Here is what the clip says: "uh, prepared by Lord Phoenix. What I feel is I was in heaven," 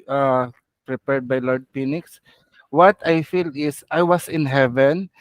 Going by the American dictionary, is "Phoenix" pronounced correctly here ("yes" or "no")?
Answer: no